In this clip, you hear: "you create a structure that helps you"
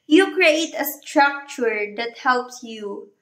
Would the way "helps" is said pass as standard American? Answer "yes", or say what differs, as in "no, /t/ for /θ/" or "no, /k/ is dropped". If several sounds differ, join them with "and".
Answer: yes